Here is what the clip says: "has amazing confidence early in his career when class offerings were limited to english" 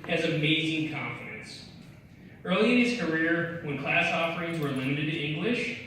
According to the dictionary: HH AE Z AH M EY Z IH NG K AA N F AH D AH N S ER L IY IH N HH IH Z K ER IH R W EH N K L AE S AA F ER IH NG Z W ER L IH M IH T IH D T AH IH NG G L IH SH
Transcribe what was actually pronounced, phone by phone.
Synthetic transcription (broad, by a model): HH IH Z AH M EY Z IH NG K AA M F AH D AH N S ER L IY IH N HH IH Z K ER IH R W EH N K L AE S AA F ER IH NG Z W ER L IH M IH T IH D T IH NG G L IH SH